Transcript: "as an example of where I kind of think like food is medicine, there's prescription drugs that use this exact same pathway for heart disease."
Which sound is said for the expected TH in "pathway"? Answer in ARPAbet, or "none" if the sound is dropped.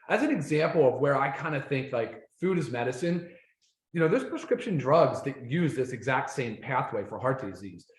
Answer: TH